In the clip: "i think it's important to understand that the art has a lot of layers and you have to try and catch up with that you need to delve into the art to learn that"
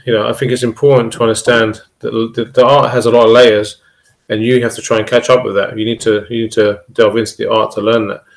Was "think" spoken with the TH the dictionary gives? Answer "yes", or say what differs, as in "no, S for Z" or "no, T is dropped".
yes